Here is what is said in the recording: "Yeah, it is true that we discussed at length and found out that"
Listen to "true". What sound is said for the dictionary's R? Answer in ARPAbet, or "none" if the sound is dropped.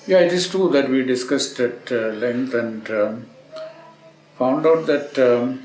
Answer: none